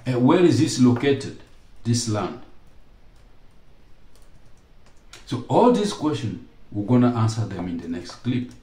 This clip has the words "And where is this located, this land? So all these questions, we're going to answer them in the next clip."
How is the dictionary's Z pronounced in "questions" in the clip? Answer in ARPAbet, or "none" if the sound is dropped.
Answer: none